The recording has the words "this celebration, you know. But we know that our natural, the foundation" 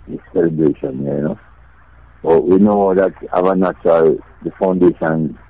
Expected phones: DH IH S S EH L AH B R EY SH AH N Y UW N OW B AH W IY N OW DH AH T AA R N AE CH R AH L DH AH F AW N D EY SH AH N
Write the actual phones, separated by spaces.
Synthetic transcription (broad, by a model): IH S S EH L AH B R EY SH AH N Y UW N OW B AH W IY N OW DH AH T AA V N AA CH AH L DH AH F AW N D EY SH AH N